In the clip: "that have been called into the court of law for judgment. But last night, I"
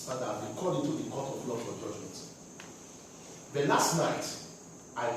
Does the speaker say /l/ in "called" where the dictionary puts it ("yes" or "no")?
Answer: no